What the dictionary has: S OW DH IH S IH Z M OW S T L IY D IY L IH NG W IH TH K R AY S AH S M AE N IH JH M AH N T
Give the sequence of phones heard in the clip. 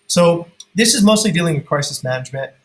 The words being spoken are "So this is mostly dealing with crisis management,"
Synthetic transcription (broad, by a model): S OW DH IH S IH Z M OW S T L IY D IY L IH NG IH K R AY S AH S M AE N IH JH M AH N T